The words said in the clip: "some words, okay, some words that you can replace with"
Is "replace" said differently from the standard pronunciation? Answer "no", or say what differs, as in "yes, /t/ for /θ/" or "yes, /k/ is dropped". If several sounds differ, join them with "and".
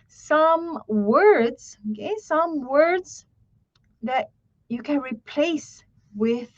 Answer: no